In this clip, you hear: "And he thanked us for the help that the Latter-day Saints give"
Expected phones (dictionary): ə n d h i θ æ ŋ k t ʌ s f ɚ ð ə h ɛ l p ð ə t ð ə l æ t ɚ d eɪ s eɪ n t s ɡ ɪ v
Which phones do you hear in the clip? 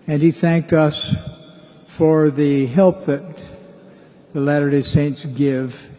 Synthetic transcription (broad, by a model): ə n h i θ æ ŋ k t ʌ s f ɚ ð ə h ɛ l p ð ə t ð ə l æ t ɚ d eɪ s eɪ n t s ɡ ɪ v